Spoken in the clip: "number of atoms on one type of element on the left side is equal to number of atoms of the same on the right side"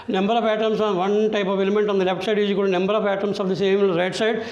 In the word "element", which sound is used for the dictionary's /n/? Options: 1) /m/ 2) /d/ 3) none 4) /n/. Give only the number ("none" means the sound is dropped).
4